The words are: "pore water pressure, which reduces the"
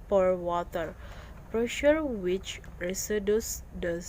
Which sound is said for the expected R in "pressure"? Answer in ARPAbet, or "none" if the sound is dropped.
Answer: R